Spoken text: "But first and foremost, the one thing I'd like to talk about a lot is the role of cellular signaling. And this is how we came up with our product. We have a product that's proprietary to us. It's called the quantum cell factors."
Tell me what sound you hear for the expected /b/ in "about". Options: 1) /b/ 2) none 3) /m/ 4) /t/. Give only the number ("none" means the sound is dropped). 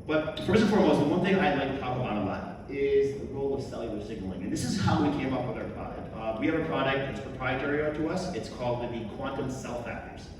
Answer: 2